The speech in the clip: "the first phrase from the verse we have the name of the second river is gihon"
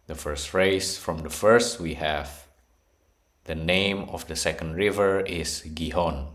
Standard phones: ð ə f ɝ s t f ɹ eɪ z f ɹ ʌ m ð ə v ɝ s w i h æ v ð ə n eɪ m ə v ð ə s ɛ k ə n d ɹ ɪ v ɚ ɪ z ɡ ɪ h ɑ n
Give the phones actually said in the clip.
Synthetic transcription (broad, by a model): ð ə f ɝ s t f ɹ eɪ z f ɹ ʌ m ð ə f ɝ s w i h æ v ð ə n eɪ m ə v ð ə s ɛ k ə n d ɹ ɪ v ɚ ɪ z ɡ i h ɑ n